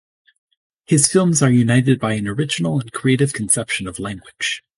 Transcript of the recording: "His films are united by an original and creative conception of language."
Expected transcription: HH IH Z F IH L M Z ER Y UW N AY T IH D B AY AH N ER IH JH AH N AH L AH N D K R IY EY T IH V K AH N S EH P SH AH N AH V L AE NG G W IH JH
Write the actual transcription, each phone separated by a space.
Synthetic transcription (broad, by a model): HH IH Z F IH L M Z ER Y UW N AY T IH D B AY AH N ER IH JH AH N L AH N K R IY EY T IH V K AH N S EH P SH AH N AH V L AE NG G W IH JH